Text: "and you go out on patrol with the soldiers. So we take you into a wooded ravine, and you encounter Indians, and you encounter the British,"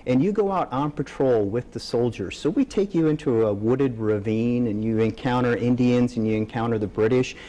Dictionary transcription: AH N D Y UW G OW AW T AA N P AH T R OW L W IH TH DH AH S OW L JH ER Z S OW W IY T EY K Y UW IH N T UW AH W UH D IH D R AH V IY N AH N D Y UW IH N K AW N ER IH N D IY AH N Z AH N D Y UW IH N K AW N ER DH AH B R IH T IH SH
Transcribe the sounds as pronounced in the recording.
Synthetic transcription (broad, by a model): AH N Y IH G OW AW T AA N P AH T R OW L W IH DH AH S OW L JH ER Z S OW W IY T EY K Y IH IH N T UW AH W UH D IH D R AH V IY N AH N Y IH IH N K AW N ER IH N D IY AH N Z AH N Y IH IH N K AW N ER DH AH B R IH T IH SH